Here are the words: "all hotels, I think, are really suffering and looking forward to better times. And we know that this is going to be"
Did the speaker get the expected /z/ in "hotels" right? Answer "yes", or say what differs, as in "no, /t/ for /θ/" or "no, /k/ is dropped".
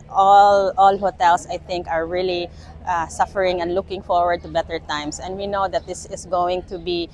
no, /s/ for /z/